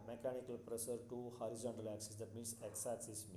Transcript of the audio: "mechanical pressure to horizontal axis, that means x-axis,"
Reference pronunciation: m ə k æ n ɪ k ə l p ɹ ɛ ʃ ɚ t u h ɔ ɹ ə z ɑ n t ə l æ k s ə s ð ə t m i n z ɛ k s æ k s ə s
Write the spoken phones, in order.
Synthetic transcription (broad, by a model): m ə k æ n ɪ k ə l p ɹ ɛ s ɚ t u h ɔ ɹ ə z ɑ n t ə l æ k s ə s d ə t m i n s ɛ k s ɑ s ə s